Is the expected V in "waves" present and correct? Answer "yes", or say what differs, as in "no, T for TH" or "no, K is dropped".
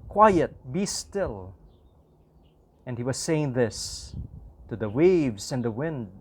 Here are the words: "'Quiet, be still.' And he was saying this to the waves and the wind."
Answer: yes